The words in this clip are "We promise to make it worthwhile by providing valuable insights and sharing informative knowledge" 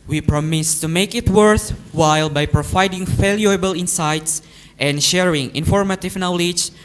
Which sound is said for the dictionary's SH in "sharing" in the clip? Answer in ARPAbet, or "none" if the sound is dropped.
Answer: SH